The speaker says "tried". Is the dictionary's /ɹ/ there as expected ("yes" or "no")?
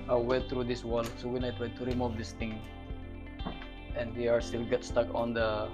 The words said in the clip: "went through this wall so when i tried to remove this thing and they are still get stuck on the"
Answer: no